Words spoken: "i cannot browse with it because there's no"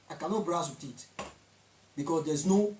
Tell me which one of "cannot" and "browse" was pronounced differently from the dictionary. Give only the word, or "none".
browse